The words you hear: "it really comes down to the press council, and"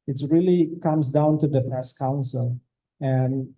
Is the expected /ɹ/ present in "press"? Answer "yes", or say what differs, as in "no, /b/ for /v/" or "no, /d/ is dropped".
no, /ɹ/ is dropped